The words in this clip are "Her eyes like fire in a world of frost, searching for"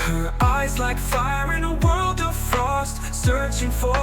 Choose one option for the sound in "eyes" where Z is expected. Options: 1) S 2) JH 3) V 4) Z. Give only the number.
4